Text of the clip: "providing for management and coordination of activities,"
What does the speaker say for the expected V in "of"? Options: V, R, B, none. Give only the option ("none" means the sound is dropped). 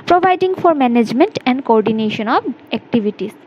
B